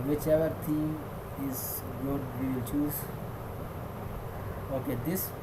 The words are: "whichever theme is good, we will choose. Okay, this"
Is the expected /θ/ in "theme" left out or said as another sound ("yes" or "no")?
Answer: yes